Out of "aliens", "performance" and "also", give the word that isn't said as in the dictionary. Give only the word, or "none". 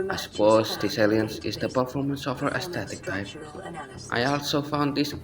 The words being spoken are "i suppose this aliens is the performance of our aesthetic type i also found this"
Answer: aliens